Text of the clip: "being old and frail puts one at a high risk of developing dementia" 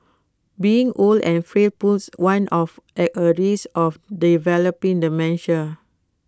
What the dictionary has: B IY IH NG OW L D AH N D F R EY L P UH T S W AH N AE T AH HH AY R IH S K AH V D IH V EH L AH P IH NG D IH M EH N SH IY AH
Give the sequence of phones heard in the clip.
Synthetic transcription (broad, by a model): B IY IH NG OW L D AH N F R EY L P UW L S W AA N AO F AH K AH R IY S AH F D IH V EH L AH P IH NG D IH M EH N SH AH